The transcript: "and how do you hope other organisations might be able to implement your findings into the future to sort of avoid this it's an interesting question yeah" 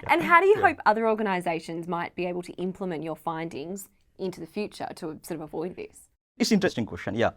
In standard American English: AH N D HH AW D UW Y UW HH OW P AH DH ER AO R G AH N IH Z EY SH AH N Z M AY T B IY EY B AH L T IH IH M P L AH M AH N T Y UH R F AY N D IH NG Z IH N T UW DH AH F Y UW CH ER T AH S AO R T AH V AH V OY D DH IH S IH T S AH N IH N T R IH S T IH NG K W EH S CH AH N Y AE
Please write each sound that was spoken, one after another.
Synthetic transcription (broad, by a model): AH N HH AW D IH Y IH HH OW P AH DH ER AO R G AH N IH Z EY SH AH N Z M AY T B IY EY B AH L T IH IH M P L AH M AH N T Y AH R F AY N D IH NG Z IH N T UW DH AH F Y UW CH ER T AH S AO R T AH V AH V OY D DH IH S IH T S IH N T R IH S T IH NG K W EH S CH AH N Y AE